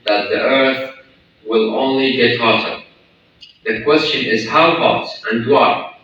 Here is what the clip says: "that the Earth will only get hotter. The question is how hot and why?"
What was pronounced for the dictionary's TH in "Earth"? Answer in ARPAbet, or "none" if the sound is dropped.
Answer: TH